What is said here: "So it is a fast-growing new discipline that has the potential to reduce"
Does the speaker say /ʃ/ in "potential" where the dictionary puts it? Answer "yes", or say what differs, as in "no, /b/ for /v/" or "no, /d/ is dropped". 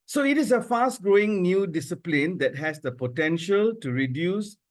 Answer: yes